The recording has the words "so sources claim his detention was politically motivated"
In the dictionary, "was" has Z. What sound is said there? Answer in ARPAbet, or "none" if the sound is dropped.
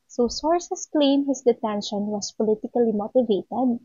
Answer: S